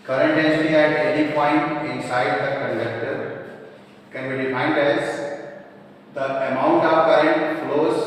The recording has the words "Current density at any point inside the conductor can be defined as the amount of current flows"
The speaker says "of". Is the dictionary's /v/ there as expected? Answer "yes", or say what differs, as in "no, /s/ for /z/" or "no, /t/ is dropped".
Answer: no, /p/ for /v/